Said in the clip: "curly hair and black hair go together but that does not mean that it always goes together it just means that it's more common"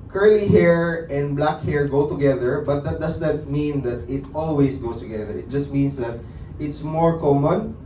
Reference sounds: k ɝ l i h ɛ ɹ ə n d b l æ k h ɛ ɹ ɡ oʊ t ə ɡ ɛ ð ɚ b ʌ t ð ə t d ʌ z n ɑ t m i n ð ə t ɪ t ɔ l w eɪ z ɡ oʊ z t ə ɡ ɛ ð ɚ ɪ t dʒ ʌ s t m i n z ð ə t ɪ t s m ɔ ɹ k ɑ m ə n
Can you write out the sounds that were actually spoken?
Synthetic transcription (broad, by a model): k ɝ l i h ɛ ɹ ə n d b l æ k h ɛ ɹ ɡ oʊ t ə ɡ ɛ ð ɚ b ʌ t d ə t d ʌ s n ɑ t m i n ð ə t ɪ t ɔ l w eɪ s ɡ oʊ s t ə ɡ ɛ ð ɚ ɪ t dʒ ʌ s t m i n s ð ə t ɪ t s m ɔ ɹ k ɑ m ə n